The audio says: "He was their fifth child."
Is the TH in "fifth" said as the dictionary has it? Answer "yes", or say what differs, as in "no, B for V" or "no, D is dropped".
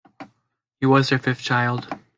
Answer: no, F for TH